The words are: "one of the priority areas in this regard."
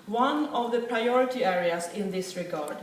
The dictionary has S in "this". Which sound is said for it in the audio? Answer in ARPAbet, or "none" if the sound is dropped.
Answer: S